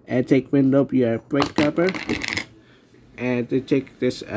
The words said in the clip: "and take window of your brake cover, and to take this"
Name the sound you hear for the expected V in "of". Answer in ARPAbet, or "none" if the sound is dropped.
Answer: P